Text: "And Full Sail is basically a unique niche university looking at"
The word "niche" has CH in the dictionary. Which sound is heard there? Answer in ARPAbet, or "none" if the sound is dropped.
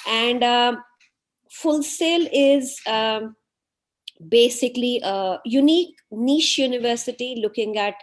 SH